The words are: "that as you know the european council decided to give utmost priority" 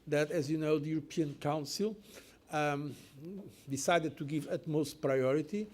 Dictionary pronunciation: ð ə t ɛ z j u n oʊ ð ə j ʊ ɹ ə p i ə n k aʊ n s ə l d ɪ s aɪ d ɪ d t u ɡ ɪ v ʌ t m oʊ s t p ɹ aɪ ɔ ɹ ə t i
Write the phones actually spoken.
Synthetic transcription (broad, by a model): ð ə t ɛ z j u n oʊ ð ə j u ɹ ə p i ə n k aʊ n s ə l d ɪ s aɪ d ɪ d t u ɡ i v ʌ t m oʊ s t p ɹ aɪ ɔ ɹ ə t i